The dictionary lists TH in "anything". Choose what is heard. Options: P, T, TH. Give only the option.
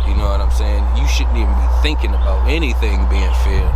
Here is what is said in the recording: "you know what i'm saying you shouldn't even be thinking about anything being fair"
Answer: TH